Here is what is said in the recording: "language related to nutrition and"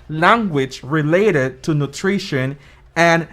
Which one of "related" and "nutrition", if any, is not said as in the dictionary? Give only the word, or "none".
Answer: none